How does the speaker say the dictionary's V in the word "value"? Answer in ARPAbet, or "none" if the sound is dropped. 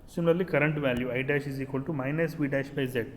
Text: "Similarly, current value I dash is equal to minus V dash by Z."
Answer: V